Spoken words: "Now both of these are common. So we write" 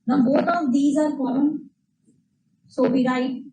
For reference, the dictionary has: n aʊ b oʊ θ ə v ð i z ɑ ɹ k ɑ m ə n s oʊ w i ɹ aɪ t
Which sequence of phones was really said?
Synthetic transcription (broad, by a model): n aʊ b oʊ t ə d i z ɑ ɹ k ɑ ə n s oʊ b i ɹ aɪ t